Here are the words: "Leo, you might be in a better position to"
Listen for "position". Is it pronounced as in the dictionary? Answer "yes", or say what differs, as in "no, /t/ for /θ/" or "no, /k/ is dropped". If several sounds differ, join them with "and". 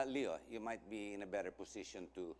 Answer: no, /s/ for /z/